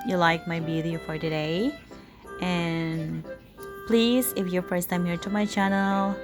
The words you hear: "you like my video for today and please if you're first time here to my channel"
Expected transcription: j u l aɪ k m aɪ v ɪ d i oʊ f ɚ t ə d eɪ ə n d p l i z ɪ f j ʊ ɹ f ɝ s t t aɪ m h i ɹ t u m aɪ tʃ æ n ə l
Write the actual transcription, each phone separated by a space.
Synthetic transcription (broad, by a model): j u l aɪ k m aɪ b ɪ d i f ɚ t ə d eɪ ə n p l i z ɪ f j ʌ ɹ f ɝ s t t aɪ m h i ɹ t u m aɪ tʃ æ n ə l